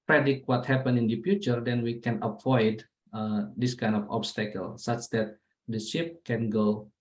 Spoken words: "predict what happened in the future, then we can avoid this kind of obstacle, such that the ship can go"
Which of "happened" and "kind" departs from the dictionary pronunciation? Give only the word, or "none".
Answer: happened